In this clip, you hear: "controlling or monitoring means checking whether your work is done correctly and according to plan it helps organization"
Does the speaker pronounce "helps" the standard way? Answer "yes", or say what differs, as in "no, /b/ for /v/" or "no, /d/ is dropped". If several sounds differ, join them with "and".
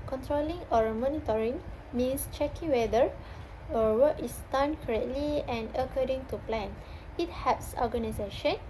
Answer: no, /l/ is dropped